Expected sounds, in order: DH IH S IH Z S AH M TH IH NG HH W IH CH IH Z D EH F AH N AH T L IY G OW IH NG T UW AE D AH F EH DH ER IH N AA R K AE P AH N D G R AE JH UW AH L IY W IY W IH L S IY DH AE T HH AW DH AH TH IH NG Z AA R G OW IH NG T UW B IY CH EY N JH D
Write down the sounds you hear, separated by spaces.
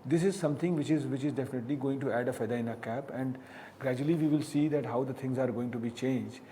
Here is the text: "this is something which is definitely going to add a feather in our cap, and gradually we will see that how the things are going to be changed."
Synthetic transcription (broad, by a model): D IH S IH Z S AH M T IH NG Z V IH CH IH Z D EH F AH N AH T L IY G OW IH NG T UW AE D AH F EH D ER IH N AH K AE P AH N D G R AE JH UW AH L IY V IY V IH L S IY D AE T HH AW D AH T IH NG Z AA R G OW IH NG T UW B IY CH EY N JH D